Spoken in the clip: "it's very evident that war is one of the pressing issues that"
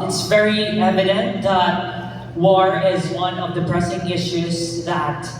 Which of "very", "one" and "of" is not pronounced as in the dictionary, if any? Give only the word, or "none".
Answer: none